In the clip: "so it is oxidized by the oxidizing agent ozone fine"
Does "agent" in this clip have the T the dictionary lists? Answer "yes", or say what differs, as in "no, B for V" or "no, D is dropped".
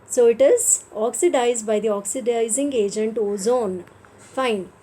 yes